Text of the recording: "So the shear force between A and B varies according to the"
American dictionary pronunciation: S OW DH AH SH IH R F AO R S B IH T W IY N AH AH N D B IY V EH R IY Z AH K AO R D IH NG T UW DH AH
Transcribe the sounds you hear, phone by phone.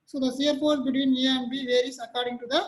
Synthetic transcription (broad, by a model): S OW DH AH S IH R P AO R B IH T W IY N AH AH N B IY V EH R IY S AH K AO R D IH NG T UW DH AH